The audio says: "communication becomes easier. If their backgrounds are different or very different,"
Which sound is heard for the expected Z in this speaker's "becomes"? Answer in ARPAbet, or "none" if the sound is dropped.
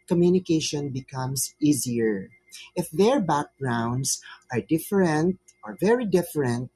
S